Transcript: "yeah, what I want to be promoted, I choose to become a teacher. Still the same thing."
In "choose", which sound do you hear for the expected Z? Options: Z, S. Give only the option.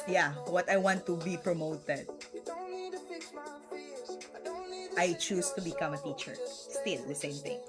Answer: S